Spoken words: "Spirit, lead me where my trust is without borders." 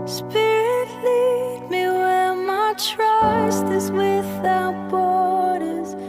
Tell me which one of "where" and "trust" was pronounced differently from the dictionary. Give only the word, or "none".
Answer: where